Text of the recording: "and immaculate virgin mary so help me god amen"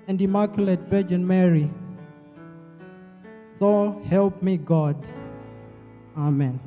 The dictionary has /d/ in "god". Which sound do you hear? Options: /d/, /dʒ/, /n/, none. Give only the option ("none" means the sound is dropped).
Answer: /d/